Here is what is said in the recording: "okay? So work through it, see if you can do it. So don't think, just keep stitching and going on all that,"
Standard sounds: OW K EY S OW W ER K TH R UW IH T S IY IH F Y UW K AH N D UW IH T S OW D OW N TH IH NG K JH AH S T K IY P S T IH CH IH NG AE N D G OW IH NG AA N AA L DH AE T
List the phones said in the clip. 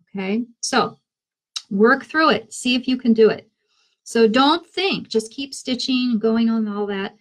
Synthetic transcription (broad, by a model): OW K EY S OW W ER K TH R UW IH T S IY IH F Y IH K AH N D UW IH T S OW D OW N TH IH NG K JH AH S K IY P S T IH CH IH NG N G OW IH NG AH N AA L DH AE T